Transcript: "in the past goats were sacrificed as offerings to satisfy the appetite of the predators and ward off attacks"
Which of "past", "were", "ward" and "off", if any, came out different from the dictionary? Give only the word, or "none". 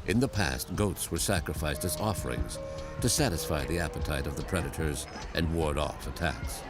none